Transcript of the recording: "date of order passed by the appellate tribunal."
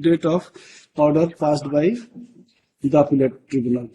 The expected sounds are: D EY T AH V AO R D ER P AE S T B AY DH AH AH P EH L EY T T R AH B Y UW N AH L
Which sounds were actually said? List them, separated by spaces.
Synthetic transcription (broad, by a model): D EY T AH P AO R D ER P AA S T B AY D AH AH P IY L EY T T R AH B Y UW N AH L